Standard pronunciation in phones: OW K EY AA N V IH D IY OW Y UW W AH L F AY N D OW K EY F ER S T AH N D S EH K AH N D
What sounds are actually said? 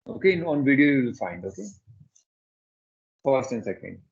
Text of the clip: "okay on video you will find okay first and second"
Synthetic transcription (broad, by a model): OW K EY AA N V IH D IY OW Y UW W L F AY N D OW K EY F ER S T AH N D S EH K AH N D